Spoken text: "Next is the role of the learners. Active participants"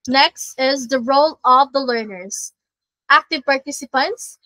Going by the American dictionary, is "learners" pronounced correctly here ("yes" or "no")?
yes